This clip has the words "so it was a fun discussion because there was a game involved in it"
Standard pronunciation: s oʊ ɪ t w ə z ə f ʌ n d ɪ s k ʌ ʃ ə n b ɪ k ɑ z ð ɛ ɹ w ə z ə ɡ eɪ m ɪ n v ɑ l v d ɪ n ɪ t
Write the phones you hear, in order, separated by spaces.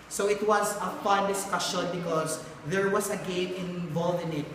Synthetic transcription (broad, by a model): s oʊ ɪ t w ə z ə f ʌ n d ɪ s k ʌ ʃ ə n b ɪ k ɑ s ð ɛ ɹ w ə s ə ɡ eɪ m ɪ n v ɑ l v ɪ n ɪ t